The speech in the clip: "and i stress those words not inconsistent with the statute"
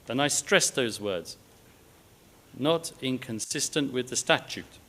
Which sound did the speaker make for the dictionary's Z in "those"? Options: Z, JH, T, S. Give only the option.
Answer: Z